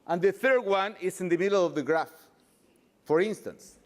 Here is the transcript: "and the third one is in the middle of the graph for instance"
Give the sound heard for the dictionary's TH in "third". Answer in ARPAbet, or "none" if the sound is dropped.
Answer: TH